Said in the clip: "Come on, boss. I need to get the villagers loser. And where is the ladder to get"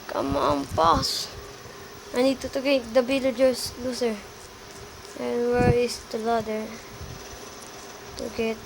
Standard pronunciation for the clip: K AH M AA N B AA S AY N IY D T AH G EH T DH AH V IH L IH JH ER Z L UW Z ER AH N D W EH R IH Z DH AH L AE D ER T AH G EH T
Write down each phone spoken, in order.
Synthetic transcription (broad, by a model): K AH M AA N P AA S AY N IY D T AH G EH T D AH B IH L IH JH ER S L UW S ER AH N W EH R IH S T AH L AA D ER T AH G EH T